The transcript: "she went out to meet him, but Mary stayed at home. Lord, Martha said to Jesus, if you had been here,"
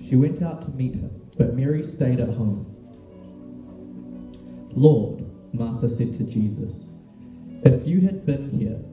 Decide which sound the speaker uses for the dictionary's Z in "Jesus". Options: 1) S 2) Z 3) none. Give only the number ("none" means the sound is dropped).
2